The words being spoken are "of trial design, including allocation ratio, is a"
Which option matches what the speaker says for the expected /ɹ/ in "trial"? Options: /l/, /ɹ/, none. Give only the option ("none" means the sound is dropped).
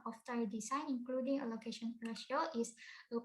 none